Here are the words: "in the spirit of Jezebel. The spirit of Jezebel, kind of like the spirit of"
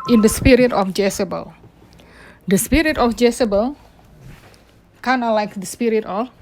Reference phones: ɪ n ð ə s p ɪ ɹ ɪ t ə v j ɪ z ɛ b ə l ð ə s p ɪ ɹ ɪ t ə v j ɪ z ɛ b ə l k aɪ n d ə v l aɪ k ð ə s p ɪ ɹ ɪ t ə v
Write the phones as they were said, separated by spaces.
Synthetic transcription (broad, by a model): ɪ n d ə s p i ɹ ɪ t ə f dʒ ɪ s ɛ b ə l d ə s p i ɹ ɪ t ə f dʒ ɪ s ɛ b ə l k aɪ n ə l aɪ k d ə s p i ɹ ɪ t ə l